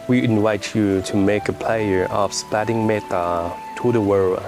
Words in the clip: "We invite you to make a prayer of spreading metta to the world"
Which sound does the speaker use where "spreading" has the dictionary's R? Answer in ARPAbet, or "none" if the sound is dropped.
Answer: none